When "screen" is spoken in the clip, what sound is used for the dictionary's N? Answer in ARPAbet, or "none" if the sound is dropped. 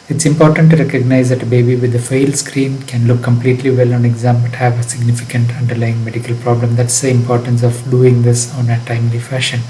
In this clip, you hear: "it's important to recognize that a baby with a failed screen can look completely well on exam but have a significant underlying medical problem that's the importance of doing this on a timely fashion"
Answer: N